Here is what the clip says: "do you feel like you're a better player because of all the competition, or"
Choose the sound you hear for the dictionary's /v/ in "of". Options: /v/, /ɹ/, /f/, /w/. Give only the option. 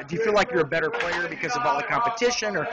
/v/